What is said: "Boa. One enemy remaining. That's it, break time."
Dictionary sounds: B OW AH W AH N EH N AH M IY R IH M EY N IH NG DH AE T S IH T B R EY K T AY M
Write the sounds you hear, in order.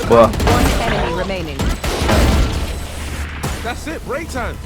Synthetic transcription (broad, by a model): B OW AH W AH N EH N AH IY R IH M EY N IH NG DH AE T S IH T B R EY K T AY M